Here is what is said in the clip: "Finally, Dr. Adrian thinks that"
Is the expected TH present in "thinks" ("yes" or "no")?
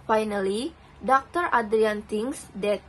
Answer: no